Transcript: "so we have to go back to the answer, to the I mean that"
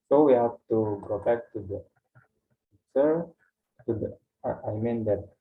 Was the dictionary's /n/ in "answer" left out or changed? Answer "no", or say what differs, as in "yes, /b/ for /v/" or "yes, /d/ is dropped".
yes, /n/ is dropped